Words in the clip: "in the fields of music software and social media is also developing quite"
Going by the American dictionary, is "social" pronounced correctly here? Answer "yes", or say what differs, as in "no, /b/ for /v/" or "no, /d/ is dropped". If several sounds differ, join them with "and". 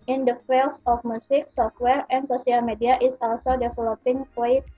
no, /s/ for /ʃ/